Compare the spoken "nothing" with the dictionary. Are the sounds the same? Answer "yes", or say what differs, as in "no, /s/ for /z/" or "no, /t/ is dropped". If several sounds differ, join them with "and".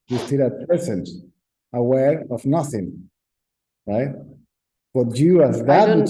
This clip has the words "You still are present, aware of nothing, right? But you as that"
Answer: yes